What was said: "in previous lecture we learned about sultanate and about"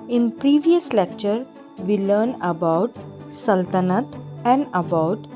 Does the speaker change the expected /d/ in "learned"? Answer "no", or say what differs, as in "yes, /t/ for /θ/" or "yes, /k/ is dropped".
yes, /d/ is dropped